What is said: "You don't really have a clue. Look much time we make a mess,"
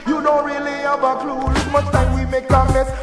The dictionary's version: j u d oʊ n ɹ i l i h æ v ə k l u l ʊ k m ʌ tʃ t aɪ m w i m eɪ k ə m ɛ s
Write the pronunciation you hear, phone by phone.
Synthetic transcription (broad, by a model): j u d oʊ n ɹ i l i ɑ b ə k l u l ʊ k m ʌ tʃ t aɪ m w i m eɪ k ə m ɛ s